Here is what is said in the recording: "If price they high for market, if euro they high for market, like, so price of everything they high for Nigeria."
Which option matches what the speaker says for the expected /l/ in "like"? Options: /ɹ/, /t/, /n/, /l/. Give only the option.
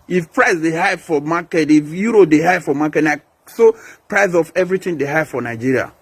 /n/